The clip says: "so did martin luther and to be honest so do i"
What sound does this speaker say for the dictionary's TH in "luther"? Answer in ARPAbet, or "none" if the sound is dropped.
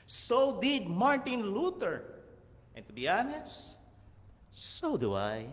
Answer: T